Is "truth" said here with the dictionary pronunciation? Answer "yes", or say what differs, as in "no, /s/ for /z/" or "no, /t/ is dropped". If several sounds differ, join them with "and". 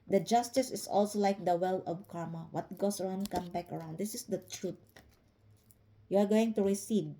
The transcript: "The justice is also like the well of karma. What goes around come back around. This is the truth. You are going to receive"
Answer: no, /t/ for /θ/